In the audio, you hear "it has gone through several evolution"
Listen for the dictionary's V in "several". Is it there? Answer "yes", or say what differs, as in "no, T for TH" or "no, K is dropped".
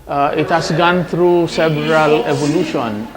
no, B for V